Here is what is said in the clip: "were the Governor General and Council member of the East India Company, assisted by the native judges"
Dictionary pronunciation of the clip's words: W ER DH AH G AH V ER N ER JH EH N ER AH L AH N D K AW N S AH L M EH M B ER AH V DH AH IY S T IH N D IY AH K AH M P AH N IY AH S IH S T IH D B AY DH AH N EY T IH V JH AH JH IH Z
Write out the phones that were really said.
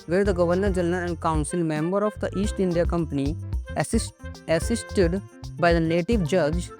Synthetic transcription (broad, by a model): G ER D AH G AH V ER N ER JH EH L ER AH N AH N D K AW N S AH L M EH M B ER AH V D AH IY S T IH N D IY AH K AH M P AH N IY AH S IH S T IH D B AY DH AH N EY T IH V JH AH JH